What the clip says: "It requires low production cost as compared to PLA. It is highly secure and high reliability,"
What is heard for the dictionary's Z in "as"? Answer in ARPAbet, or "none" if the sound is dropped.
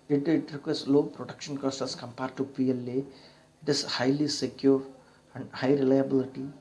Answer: S